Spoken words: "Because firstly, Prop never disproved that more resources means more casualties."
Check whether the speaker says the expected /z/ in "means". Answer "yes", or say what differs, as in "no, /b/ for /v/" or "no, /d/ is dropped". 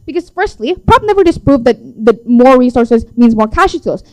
yes